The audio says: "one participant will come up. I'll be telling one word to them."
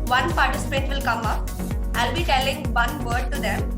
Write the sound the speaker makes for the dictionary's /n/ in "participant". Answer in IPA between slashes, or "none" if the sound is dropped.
none